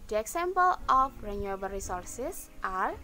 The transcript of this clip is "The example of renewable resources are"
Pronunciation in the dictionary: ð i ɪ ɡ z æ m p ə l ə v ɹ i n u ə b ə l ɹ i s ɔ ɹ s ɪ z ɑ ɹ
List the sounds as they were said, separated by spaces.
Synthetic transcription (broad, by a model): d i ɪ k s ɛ m p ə l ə f ɹ i n u ə b ə l ɹ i s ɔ ɹ s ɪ s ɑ ɹ